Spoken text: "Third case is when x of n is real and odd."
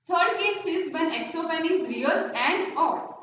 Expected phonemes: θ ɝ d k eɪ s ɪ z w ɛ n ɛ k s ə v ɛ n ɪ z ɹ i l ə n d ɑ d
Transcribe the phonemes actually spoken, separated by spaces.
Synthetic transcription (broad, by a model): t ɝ d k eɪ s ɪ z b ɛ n ɛ k s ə p ɛ n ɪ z ɹ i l ə n d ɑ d